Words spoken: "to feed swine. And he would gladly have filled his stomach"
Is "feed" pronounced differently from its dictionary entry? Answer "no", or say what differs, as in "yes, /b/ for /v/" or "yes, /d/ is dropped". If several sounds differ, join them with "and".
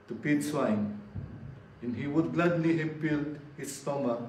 yes, /p/ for /f/